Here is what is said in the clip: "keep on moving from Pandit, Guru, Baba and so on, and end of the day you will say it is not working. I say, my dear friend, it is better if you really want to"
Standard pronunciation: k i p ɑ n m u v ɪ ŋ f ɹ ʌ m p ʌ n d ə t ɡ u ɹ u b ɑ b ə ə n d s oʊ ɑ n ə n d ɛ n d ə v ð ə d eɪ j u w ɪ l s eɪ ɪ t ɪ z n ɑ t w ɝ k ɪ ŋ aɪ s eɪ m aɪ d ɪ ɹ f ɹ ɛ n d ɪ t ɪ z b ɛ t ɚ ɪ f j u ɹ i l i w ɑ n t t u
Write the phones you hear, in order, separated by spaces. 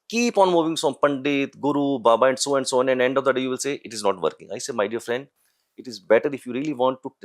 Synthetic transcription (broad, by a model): k i p ɑ n m u v ɪ ŋ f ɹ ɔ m p ʌ n d ə t ɡ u ɹ u b ɑ b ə ə n d s oʊ ɑ n ə n d ɛ n d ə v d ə d eɪ j u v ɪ l s eɪ ɪ t ɪ z n ɑ t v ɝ k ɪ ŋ aɪ s eɪ m aɪ d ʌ ɹ f ɹ ɛ n d ɪ t ɪ z b ɛ t ɚ ɪ f j u ɹ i l i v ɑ n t t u